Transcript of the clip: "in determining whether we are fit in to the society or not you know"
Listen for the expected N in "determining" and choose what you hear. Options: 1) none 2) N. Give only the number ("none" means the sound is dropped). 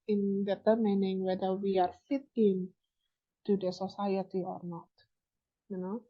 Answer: 2